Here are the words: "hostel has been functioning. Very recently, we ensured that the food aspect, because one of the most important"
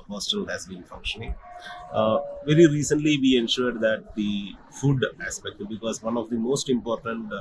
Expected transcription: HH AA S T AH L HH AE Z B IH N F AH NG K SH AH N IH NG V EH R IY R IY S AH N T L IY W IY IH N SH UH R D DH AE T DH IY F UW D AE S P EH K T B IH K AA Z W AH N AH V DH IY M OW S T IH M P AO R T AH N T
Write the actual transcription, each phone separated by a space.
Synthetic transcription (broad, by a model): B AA S T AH L HH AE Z B IH N F AH NG K SH AH N IH NG V EH R IY R IY S AH N T L IY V IY IH N SH UH R D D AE T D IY F UW D AE S P EH K T B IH K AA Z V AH N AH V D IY M OW S T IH M P AO R T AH N T